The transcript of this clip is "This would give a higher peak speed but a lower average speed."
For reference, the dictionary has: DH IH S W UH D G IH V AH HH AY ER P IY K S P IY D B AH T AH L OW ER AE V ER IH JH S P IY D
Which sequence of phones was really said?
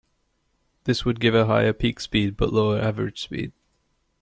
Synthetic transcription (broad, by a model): DH IH S W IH D G IH V AH HH AY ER P IY K S P IY D B AH T L OW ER AE V ER IH JH S P IY D